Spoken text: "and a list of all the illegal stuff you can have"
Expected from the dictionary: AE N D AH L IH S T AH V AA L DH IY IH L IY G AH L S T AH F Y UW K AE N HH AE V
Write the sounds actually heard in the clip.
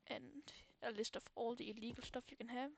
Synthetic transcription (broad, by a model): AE N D AH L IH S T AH F AA L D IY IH L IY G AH L S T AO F Y UW K AE N HH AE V